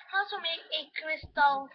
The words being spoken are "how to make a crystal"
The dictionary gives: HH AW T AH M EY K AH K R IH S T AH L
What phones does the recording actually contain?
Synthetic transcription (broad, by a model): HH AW S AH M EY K AH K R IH S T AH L